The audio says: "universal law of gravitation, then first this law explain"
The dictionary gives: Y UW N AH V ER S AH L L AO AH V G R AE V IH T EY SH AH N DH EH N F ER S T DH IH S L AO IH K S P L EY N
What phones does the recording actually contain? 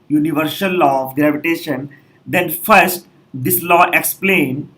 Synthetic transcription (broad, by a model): Y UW N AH V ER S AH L L AO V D R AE P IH T EY SH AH N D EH N F ER S T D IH S L AO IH K S P L EY N